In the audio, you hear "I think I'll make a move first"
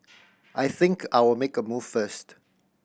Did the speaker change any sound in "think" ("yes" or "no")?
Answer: no